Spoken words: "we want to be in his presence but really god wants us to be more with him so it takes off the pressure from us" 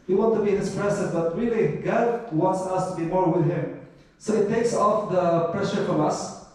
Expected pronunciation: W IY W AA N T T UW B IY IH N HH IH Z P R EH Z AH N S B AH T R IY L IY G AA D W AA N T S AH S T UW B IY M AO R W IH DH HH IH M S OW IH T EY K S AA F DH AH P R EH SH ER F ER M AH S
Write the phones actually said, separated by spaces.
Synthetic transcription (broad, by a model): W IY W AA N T T UW B IY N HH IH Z P R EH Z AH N B AH T R IY L IY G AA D W AA N T S AH S T UW B IY M AO R W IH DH HH IH M S OW IH T EY K S AA F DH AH P R EH SH ER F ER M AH S